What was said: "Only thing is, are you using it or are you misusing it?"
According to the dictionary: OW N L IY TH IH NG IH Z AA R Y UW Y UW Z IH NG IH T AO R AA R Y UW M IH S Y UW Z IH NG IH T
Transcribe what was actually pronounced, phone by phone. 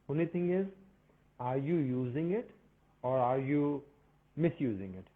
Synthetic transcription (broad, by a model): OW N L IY T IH NG IH Z AA R Y UW Y UW Z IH NG IH T AO R AA R Y UW M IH S Y UW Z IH NG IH T